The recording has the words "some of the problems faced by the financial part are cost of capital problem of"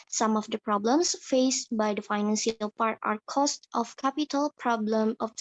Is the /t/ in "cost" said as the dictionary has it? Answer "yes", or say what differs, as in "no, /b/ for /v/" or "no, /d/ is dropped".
yes